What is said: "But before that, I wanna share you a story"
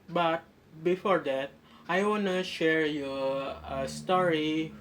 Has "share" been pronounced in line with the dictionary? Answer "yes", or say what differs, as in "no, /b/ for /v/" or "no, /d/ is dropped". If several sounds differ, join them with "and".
yes